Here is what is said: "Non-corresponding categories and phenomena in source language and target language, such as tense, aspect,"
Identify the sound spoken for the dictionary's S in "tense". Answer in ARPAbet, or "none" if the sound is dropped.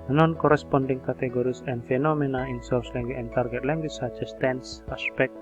S